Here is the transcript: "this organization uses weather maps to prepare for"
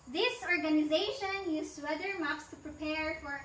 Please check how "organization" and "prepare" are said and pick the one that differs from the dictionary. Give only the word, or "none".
none